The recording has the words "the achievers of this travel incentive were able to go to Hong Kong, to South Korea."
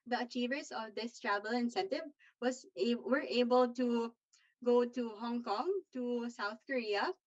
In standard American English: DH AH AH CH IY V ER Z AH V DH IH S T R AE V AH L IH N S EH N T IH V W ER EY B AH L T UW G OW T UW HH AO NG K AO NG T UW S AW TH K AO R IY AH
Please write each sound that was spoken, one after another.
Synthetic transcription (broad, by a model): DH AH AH CH IY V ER S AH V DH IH S T R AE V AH L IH N S EH N T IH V W ER EY B AH L T UW G OW T UW HH AO NG K AO NG T UW S AW TH K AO R IY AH